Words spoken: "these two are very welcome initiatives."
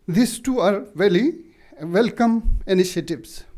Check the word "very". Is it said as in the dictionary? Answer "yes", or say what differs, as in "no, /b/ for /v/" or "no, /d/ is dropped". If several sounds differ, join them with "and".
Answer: no, /l/ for /ɹ/